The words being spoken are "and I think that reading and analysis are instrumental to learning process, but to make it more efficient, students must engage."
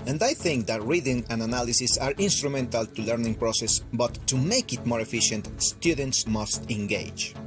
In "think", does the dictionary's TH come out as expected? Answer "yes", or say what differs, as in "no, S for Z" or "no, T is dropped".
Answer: yes